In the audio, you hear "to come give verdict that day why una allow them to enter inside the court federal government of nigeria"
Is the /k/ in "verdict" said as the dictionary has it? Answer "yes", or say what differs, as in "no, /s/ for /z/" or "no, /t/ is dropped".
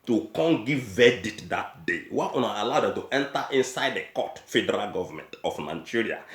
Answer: no, /k/ is dropped